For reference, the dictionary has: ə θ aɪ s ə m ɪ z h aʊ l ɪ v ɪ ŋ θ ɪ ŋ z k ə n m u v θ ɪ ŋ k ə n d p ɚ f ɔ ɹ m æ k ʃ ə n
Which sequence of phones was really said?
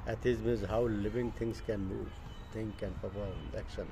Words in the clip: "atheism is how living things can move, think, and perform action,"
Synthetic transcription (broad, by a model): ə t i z m ɪ z h aʊ l ɪ v ɪ ŋ t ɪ ŋ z k ə n m u v t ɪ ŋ k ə n p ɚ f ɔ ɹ æ k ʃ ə n